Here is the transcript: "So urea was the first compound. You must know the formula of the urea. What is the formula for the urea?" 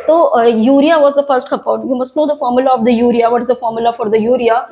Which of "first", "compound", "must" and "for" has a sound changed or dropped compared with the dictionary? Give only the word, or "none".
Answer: compound